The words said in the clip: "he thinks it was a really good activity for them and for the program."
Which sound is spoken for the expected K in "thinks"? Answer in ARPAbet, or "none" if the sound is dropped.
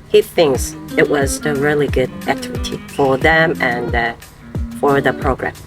K